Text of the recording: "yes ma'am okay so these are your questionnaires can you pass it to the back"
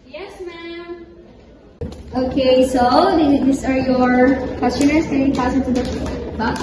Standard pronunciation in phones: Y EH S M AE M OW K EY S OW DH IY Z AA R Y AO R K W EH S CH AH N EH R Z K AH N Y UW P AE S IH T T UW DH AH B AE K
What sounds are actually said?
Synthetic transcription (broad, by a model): Y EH S M AE M OW K EY S OW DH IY S AA R Y AO R K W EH S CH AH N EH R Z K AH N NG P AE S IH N T UW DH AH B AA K